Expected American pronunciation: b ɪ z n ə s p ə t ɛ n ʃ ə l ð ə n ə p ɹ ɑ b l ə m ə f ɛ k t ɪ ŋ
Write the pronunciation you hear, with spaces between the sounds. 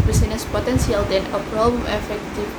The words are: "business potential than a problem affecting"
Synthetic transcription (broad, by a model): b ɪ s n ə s p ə t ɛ n s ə l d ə n ə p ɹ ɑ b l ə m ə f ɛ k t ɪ